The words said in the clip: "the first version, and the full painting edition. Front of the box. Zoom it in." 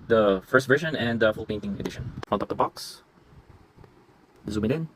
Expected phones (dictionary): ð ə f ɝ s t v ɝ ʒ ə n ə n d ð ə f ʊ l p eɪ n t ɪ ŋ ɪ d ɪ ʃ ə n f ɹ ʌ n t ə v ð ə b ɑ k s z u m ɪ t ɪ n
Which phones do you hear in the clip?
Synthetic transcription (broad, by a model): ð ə f ɝ s t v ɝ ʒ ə n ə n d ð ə f ʊ l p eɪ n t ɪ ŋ ɪ d ɪ ʃ ə n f ʌ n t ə p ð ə b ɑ k s z u m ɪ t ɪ n